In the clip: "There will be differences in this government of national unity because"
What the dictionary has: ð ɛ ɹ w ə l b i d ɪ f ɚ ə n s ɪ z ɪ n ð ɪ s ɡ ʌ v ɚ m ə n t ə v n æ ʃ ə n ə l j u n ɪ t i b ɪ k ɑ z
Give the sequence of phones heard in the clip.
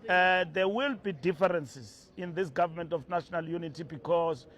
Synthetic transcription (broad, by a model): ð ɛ w ə l b i d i f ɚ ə n s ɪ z ɪ n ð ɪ s ɡ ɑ v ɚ m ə n t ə f n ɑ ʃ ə n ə l j u n ɪ t i b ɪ k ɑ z